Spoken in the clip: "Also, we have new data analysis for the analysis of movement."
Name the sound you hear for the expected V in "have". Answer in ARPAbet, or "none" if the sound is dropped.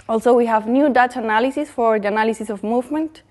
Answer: V